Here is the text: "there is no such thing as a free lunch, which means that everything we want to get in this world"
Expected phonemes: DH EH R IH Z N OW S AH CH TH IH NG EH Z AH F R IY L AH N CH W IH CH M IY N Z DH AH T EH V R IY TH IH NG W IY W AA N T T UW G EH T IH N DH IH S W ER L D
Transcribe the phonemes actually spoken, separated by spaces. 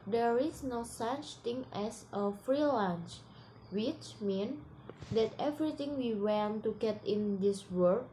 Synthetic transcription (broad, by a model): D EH R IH S N OW S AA CH T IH NG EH S AH F R IY L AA N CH W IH CH M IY N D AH T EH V R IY T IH NG W IY W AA N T T UW G EH T IH N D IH S W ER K